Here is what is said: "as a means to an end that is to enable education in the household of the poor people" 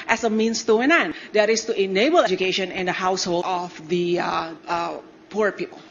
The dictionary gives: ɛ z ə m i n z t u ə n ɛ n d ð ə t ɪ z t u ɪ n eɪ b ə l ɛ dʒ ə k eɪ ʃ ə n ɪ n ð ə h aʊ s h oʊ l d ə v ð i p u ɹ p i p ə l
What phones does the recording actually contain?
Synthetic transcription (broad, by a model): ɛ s ə m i n s t u ə n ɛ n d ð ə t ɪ s t u ɪ n eɪ b ə l ɛ dʒ ə k eɪ ʃ ə n ɪ n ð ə h aʊ s h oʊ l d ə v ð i p u ɹ p i p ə l